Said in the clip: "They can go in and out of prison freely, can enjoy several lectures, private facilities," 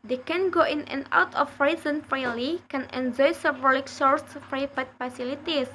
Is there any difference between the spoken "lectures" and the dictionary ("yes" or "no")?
yes